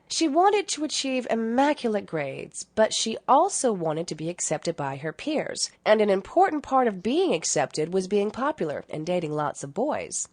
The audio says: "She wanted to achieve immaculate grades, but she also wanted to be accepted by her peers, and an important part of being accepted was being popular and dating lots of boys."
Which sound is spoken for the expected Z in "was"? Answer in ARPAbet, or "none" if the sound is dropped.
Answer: Z